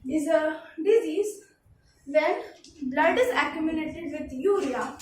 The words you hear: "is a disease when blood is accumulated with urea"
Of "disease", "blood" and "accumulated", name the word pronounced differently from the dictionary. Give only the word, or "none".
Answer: accumulated